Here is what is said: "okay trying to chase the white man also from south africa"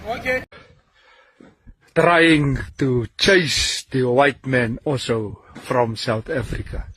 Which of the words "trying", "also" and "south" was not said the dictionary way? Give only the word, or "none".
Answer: none